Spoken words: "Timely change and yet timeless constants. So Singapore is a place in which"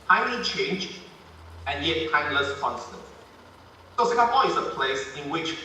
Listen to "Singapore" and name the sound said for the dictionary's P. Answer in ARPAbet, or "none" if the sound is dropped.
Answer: B